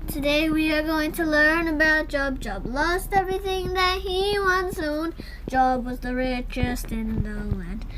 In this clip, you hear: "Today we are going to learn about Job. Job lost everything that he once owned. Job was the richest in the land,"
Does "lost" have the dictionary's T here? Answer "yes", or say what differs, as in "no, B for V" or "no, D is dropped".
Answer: yes